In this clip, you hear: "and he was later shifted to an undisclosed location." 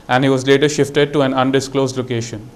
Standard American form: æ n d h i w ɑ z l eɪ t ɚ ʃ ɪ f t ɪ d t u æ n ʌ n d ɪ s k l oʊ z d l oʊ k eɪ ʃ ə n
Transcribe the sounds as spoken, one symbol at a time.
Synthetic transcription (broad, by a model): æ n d h i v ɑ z l eɪ t ɚ ʃ ɪ f t ɪ d t u æ n ʌ n d ɪ s k l oʊ z d l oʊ k eɪ ʃ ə n